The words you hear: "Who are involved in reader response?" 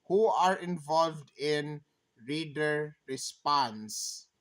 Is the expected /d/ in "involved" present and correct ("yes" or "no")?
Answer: yes